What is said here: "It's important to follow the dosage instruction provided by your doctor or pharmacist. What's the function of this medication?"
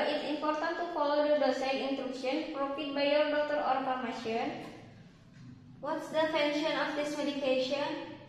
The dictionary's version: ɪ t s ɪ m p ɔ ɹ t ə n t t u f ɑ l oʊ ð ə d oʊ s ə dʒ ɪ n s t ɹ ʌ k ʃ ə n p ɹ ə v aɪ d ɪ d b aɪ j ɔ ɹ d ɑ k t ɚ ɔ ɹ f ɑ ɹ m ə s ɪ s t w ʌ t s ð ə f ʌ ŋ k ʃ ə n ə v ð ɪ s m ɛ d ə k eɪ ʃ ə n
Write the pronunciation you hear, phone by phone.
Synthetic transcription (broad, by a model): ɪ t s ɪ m p ɔ ɹ t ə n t t u f ɑ l oʊ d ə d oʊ s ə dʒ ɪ n t ɹ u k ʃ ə n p ɹ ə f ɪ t b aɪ j ɔ ɹ d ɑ k t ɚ ɔ ɹ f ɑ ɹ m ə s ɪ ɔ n w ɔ t s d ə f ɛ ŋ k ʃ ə n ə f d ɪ s m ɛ d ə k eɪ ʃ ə n